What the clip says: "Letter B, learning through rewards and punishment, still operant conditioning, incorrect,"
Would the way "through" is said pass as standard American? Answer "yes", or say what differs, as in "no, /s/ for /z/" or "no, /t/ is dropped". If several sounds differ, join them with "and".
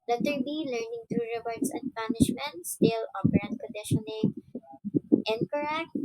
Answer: no, /t/ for /θ/